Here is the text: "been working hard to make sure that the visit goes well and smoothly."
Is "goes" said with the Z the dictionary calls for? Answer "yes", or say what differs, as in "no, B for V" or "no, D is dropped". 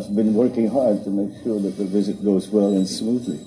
yes